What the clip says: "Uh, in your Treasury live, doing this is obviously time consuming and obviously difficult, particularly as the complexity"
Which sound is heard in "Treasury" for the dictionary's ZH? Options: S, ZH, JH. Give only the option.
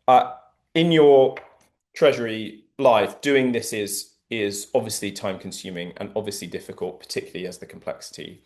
ZH